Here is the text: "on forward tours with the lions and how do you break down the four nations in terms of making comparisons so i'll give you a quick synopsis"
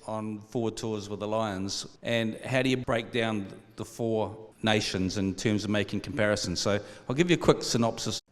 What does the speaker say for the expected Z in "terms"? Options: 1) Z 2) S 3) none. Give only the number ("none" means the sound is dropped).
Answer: 1